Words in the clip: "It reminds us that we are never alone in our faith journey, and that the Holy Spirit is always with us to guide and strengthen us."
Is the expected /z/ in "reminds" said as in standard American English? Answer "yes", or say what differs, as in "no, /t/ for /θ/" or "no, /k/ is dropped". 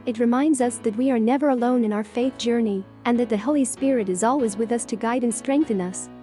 yes